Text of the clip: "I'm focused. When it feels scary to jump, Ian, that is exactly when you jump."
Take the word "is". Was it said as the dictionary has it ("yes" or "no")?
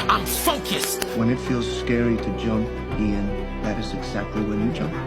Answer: yes